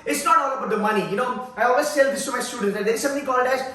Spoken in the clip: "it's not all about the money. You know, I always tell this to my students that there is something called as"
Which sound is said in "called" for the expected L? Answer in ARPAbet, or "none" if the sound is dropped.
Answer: N